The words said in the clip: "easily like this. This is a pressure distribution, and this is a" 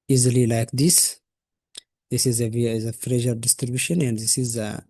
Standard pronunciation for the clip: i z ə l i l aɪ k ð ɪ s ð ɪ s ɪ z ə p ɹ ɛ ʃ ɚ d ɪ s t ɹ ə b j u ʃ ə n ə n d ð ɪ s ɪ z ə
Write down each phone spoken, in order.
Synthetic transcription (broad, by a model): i z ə l i l aɪ k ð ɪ s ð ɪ s ɪ z ə f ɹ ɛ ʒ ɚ d ɪ s t ɹ ə b j u ʃ ə n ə n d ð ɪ s ɪ z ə